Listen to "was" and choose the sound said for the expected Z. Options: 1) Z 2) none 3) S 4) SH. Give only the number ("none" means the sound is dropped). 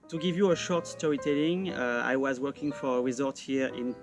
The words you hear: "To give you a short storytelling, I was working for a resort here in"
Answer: 1